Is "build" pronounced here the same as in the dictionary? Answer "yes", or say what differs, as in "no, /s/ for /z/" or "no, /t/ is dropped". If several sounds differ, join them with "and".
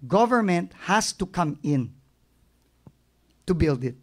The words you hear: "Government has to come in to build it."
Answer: yes